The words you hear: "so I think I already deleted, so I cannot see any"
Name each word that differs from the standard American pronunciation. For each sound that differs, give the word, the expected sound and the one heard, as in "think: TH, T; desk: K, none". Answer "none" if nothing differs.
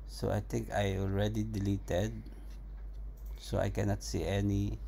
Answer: think: TH, T